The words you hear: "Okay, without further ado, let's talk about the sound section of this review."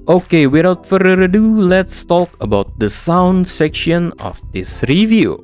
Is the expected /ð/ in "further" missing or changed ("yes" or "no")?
yes